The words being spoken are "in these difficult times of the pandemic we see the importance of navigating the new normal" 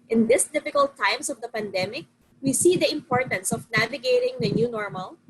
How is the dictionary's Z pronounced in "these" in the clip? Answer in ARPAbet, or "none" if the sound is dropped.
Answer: S